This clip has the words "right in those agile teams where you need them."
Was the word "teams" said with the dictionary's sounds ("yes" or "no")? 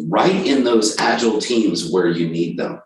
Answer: yes